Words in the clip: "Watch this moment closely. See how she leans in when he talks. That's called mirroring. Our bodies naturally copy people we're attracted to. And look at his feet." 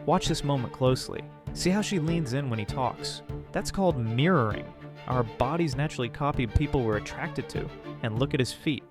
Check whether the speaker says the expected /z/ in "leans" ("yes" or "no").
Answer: yes